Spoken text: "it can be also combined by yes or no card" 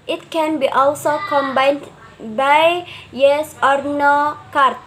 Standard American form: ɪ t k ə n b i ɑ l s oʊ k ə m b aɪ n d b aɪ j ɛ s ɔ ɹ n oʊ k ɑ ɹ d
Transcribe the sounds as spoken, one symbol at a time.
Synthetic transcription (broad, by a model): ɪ t k ə n b i ɑ l s oʊ k ə m b aɪ n d b aɪ j ɛ s ɔ ɹ n oʊ k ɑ ɹ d